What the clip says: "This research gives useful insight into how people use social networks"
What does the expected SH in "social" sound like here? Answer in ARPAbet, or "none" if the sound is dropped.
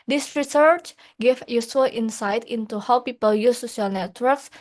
none